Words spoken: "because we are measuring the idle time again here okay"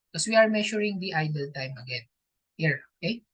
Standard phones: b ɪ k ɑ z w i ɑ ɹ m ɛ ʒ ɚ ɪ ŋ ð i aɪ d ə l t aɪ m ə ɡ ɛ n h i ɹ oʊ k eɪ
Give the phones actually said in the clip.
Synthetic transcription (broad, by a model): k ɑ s w i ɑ ɹ m ɛ ʃ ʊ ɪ ŋ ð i aɪ d ə l t aɪ m ə ɡ ɛ n h i ɹ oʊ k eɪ